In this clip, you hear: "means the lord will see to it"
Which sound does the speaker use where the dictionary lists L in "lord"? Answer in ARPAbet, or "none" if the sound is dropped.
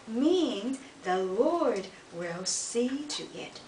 L